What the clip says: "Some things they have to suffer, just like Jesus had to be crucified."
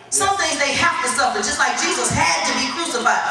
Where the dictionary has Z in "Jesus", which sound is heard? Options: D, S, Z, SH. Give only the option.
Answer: Z